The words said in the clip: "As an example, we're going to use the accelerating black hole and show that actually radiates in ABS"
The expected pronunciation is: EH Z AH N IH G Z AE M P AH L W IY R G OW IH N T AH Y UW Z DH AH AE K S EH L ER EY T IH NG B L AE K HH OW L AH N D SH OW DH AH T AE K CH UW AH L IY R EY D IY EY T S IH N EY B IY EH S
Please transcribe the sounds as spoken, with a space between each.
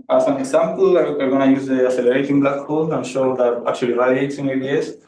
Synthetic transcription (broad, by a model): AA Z AH N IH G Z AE M P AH L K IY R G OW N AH Y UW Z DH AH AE S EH L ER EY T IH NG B L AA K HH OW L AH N SH OW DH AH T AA K CH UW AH L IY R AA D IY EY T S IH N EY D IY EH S